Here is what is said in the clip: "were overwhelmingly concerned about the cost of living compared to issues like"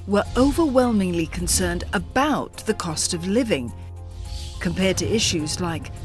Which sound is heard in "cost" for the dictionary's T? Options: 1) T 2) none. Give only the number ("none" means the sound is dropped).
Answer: 1